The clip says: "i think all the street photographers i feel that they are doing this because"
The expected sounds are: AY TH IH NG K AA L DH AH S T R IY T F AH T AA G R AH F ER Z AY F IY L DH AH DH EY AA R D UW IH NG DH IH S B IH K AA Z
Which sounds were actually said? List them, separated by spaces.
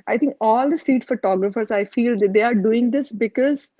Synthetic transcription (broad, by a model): AY T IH NG K AA L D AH S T IY T F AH T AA G R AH F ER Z AY F IY L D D EY AA R D UW IH NG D IH S B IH K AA Z